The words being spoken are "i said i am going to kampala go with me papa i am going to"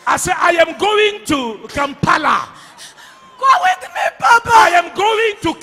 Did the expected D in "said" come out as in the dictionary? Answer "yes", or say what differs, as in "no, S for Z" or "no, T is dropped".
no, D is dropped